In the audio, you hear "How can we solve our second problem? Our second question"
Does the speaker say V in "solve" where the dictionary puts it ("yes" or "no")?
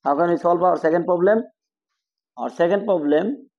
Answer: no